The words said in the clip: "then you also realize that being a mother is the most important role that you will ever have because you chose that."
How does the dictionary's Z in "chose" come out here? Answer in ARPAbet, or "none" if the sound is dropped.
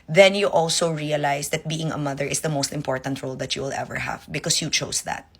S